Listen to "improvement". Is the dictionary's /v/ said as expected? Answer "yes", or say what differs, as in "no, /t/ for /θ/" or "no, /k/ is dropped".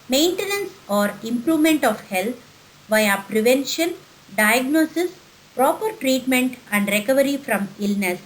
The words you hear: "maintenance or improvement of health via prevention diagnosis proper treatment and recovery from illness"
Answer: yes